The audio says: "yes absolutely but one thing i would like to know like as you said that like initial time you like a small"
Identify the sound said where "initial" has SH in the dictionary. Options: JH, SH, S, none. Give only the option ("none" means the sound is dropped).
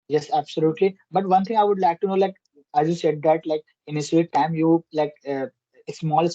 S